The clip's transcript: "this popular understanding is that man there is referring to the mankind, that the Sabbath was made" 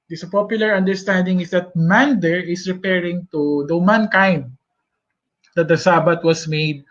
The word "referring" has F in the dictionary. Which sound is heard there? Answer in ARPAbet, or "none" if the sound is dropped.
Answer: P